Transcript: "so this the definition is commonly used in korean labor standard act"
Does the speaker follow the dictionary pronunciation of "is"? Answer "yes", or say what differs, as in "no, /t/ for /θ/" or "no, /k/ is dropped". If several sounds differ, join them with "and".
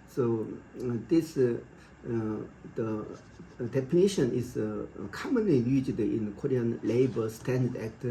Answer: no, /s/ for /z/